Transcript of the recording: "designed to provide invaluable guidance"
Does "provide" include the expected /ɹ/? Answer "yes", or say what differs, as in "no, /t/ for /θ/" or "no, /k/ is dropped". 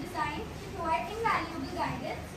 no, /ɹ/ is dropped